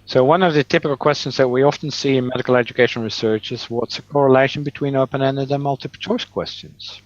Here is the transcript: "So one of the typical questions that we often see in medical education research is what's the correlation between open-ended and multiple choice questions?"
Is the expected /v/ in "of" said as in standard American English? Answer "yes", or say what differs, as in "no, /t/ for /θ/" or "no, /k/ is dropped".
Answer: yes